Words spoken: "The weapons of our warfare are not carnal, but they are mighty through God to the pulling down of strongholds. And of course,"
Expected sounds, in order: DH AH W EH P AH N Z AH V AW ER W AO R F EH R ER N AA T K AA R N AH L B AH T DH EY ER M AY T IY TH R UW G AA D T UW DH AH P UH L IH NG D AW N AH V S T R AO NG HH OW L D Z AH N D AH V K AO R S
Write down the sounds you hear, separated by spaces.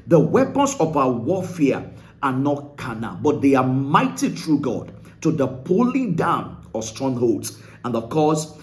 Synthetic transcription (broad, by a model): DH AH W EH P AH N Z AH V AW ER W AO F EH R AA N AA T K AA N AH B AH T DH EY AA M AY T IY T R UW G AA D T UW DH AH P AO L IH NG D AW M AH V S T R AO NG HH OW L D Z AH N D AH K AO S